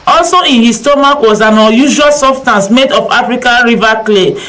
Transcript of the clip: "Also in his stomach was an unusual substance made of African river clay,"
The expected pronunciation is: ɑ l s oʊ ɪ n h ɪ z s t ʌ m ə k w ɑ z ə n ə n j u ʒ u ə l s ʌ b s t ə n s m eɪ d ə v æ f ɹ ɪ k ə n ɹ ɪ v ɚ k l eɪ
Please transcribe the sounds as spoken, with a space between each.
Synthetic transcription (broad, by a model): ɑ l s oʊ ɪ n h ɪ s t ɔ m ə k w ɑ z ə n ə j u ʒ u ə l s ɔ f s t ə n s m eɪ d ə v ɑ f ɹ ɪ k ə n ɹ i v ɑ k l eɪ